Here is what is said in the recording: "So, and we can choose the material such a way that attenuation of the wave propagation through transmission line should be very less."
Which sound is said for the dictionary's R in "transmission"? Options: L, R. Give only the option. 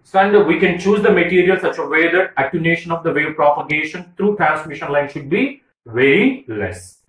R